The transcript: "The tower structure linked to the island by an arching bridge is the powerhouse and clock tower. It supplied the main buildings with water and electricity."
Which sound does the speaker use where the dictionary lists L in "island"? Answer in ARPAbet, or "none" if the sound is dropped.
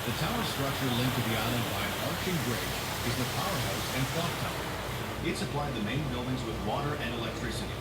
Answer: L